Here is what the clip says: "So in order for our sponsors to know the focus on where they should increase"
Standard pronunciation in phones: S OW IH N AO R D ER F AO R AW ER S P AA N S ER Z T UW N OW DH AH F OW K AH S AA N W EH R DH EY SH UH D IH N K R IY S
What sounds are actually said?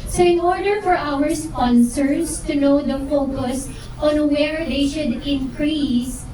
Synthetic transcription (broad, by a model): S OW IH N AO R D ER F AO R AW ER S P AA N S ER S T UW N OW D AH F OW K AH S AA N W EH R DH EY SH UH D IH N K R IY S